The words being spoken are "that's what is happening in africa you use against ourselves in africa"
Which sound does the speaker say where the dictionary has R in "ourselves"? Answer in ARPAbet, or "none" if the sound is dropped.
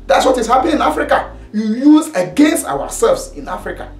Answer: W